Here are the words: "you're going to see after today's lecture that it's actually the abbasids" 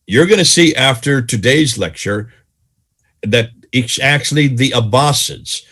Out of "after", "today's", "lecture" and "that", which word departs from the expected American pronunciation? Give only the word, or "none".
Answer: none